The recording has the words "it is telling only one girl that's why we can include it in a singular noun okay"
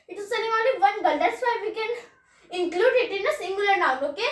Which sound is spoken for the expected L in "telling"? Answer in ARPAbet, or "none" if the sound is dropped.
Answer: N